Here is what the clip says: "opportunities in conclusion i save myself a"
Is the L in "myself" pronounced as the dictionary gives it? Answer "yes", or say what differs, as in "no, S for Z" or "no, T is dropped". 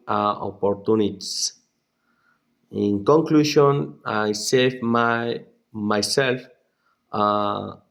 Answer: yes